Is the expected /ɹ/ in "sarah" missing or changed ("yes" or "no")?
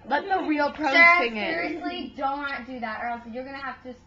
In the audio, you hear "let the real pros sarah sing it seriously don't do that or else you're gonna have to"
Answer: yes